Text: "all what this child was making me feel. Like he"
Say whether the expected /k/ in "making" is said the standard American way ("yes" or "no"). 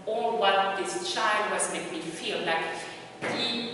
no